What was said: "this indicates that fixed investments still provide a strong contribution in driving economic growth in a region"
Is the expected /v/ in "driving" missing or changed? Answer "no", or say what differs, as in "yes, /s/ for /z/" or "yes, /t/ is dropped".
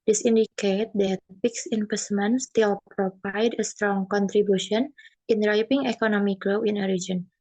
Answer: yes, /p/ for /v/